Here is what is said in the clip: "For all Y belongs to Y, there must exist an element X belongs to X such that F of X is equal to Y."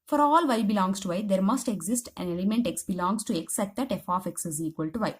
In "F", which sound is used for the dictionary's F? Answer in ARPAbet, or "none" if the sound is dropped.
F